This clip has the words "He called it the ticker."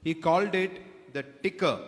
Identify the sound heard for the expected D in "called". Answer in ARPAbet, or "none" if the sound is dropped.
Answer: D